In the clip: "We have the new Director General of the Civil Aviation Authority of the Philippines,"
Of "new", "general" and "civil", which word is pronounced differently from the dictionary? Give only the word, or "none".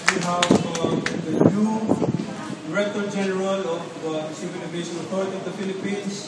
civil